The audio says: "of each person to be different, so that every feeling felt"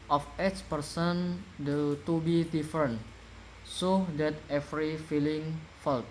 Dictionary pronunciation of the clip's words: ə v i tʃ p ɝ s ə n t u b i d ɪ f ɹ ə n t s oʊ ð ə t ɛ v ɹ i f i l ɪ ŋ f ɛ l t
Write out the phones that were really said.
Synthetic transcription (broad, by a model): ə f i s p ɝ s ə n t u b i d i f ɹ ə n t s oʊ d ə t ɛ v ɹ i f i l ɪ ŋ f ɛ l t